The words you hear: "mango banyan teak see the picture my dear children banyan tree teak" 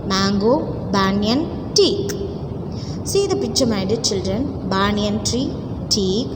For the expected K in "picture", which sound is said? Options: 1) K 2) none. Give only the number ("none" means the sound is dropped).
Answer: 2